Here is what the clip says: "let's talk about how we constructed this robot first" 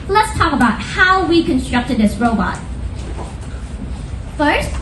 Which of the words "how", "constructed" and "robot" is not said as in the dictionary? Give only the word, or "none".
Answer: none